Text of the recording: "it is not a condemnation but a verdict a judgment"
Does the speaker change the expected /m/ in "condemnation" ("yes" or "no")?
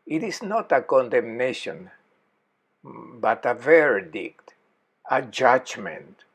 no